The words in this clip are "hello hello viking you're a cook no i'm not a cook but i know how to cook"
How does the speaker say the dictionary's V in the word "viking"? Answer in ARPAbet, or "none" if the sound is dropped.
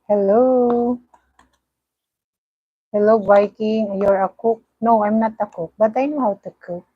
B